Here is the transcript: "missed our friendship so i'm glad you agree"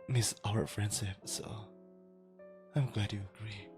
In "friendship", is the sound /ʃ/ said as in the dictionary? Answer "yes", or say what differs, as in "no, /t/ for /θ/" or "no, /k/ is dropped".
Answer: no, /s/ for /ʃ/